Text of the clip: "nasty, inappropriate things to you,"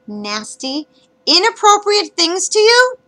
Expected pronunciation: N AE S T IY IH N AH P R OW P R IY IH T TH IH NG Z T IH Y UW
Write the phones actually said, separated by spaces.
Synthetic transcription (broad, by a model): N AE S T IY IH N AH P R OW P R IY IH T TH IH NG Z T IH Y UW